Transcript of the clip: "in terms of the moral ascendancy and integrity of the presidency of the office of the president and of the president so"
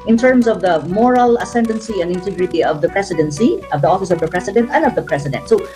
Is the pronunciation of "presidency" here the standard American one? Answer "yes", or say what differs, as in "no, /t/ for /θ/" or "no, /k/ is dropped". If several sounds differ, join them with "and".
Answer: no, /s/ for /z/